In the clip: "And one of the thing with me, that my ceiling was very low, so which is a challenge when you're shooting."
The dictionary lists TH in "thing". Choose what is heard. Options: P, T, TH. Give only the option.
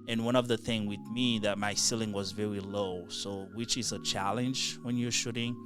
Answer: TH